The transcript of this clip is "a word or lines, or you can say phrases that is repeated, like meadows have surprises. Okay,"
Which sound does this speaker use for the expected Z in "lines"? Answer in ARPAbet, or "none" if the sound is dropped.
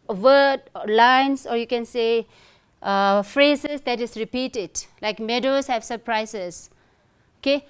S